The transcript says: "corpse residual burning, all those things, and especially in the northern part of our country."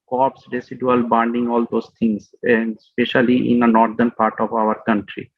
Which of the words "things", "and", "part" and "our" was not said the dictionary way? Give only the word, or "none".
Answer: things